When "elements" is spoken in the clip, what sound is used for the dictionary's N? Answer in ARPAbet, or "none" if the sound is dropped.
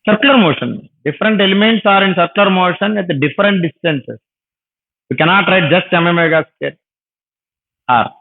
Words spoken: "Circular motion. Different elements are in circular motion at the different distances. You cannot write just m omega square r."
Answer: N